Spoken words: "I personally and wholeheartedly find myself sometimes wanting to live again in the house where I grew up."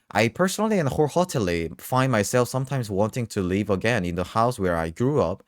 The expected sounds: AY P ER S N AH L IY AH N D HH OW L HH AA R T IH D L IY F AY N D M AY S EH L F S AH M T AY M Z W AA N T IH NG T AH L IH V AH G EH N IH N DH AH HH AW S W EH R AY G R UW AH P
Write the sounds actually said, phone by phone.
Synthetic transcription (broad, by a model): AY P ER S N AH L IY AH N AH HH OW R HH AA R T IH L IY F AY N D M AY S EH L F S AH M T AY M Z W AA N T IH NG T AH L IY V AH G EH N IH N DH AH HH AW S W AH R AY G R UW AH P